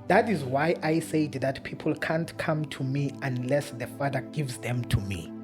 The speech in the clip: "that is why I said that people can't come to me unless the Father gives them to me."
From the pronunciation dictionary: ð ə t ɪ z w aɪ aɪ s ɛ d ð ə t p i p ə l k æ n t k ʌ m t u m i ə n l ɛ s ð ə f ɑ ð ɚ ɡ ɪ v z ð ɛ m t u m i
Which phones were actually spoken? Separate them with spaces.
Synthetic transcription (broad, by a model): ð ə t ɪ z w aɪ aɪ s ɛ d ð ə t p i p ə l k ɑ n t k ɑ m t u m i ə n l ɛ s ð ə f ɑ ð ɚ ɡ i v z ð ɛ m t u m i